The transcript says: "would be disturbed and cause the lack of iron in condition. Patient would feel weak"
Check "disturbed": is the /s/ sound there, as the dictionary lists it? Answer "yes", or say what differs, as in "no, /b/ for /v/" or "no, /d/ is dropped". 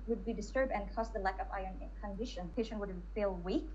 yes